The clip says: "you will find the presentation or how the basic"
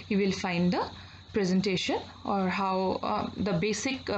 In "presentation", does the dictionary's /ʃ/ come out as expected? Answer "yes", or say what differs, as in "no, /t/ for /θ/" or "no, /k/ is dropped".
yes